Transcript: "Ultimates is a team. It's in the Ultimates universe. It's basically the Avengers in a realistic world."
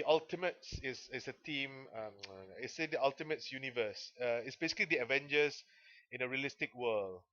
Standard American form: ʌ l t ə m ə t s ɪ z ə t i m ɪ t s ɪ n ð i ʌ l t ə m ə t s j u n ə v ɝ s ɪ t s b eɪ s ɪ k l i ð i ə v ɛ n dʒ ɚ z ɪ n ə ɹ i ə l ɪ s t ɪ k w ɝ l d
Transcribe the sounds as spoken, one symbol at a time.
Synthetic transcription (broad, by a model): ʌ l t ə m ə t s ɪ s ə t i m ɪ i s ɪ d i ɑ l t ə m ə t s j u n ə v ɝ s ɪ t s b eɪ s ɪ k l i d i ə v ɛ n dʒ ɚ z ɪ n ə ɹ i ə l ɪ s t ɪ k w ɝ l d